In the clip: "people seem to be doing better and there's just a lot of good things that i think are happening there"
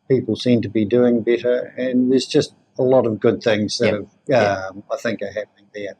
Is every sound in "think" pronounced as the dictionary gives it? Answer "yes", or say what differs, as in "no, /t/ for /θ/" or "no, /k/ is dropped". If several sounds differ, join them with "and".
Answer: yes